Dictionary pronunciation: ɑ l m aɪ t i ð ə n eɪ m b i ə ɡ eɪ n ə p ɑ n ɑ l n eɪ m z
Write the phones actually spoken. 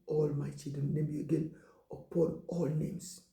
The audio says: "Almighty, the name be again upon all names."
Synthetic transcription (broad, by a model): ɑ l m aɪ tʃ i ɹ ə n eɪ m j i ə ɡ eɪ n ə p ɑ n ɑ l n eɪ m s